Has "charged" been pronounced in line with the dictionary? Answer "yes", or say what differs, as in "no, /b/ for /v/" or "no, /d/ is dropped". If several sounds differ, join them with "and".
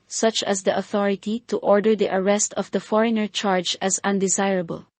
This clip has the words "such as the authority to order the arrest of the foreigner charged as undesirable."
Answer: no, /d/ is dropped